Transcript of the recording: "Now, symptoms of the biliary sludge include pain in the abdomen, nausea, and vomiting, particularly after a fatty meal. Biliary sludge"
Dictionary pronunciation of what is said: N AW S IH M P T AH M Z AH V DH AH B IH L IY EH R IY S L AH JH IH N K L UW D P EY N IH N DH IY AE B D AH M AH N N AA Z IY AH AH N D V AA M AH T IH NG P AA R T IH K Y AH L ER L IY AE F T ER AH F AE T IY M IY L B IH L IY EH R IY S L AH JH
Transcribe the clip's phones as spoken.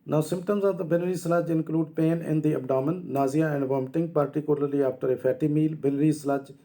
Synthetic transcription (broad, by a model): N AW S IH M P T AH M Z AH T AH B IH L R IY S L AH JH IH N K L UW D P EY N IH N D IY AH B D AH M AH N N AA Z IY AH AH N D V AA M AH T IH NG P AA R T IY K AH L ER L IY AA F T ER AH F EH T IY M IY L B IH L R IY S L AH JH